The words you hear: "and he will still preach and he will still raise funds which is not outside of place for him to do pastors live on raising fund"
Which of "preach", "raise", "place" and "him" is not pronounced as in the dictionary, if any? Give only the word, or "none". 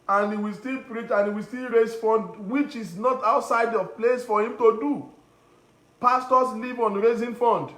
raise